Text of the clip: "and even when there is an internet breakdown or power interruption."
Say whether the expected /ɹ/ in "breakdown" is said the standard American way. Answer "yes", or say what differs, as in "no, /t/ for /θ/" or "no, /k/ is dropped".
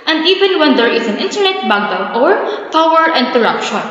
no, /ɹ/ is dropped